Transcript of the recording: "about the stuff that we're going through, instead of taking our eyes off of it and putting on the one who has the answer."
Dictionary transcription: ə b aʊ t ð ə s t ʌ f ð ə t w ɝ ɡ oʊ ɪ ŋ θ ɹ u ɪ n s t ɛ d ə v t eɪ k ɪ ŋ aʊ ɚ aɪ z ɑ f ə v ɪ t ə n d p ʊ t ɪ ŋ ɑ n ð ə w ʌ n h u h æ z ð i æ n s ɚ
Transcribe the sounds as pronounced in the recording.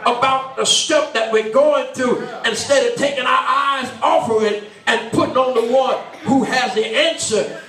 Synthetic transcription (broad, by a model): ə b aʊ t ð ə s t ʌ p ð ə t w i ɡ oʊ ɪ ŋ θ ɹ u ɪ n s t ɛ d ə v t eɪ k ɪ ŋ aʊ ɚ aɪ z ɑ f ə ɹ ɪ t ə n p ʊ t ɪ ŋ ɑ n ð ə w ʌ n h u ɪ z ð i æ n s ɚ